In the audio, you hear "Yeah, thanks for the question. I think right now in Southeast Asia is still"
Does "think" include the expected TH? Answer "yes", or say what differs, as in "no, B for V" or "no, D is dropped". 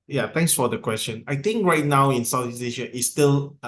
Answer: no, T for TH